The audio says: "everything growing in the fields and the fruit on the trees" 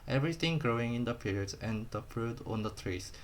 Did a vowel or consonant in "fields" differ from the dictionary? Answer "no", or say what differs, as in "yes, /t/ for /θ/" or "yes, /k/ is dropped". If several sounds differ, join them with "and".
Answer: yes, /p/ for /f/